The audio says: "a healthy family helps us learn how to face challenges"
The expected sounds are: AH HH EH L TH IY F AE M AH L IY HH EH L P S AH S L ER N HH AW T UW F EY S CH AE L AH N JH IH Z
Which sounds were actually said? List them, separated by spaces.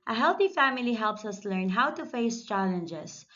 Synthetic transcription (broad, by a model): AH HH EH L TH IY F AE M AH L IY HH EH L P S AH S L ER N HH AW T UW F EY S CH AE L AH N JH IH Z